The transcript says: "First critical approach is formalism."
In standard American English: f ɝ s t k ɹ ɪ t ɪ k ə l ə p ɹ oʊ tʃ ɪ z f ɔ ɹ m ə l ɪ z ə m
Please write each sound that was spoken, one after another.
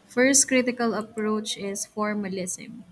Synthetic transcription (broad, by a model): f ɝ s t k ɹ ɪ t ɪ k ə l ə p ɹ oʊ tʃ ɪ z f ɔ ɹ m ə l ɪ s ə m